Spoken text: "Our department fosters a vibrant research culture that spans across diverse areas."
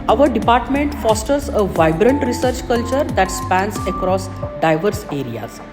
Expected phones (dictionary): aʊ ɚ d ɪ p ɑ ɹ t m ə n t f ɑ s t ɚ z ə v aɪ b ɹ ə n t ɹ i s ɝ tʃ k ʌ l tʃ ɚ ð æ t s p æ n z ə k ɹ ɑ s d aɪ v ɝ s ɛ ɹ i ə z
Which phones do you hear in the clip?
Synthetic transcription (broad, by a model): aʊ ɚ d ɪ p ɑ ɹ t m ə n t f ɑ s t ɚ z ə v aɪ b ɹ ə n t ɹ i s ɝ tʃ k ʌ l tʃ ɚ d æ t s p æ n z ə k ɹ ɑ s d aɪ v ɝ s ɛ ɹ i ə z